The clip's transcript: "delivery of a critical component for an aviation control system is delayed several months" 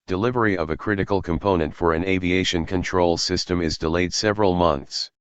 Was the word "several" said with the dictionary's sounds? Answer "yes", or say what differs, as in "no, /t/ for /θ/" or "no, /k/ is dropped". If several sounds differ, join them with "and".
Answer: yes